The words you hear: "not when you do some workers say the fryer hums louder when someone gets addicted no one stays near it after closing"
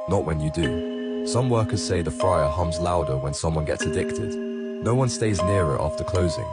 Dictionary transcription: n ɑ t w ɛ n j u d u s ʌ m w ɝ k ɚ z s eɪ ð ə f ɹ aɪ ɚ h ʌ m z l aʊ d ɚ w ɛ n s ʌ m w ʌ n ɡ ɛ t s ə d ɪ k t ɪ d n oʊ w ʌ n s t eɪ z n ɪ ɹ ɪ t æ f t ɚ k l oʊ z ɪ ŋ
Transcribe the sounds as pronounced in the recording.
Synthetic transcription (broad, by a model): n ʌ t w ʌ n j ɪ d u s ʌ m w ɝ k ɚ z s eɪ ð ə f ɹ aɪ ɚ h ʌ m z l aʊ d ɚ w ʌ n s ʌ m w ʌ n ɡ ɛ t s ə d ɪ k t ɪ d n oʊ w ʌ n s t eɪ z n ɪ ɹ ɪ t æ f t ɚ k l oʊ z ɪ ŋ